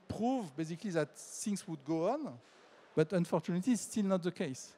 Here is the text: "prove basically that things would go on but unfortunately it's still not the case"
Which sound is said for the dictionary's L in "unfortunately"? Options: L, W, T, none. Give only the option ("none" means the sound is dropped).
none